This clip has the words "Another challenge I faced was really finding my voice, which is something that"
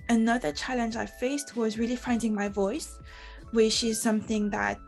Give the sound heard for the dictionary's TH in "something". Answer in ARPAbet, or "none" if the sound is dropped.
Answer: TH